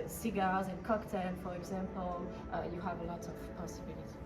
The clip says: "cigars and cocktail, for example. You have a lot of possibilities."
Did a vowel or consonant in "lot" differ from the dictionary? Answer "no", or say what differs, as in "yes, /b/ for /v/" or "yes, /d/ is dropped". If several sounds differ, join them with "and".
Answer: no